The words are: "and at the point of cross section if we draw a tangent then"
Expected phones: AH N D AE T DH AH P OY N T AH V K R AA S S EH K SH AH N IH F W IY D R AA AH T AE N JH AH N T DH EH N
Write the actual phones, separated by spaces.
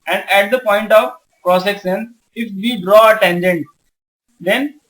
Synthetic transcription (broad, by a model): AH N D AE T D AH P OY N T AH V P R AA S S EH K S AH N IH F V IY D R AA AH T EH N JH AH N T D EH N